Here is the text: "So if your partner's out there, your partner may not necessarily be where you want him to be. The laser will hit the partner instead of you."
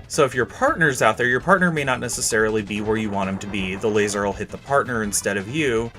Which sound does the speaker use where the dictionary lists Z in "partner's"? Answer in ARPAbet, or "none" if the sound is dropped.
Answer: Z